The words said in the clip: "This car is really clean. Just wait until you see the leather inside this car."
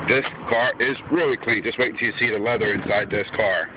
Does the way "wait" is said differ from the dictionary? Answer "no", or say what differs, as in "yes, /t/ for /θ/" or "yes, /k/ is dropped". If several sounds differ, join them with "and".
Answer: yes, /t/ is dropped